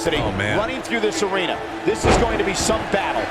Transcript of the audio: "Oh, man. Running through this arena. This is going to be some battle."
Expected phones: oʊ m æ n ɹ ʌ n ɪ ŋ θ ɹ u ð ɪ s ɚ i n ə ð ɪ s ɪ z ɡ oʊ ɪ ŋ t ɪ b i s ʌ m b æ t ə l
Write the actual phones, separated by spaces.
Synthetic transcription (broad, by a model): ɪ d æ ɹ ʌ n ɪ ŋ θ ɹ u ð ɪ s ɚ i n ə ð ɪ s ɪ z ɡ oʊ ɪ ŋ t ɪ b i s ʌ m b æ t l